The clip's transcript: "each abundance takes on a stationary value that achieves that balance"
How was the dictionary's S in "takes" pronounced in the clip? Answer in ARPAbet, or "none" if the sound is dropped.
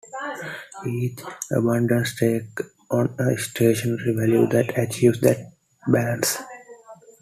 none